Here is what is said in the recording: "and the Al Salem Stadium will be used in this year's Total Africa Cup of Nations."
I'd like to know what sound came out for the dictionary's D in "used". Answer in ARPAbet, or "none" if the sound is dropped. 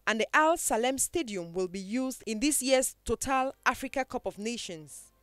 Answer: D